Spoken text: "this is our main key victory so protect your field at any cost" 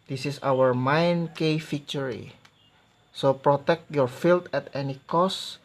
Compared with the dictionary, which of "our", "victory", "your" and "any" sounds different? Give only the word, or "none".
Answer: victory